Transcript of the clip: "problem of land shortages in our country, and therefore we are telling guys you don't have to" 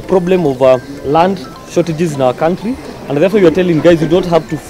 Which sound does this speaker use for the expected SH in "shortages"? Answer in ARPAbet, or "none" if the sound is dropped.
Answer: SH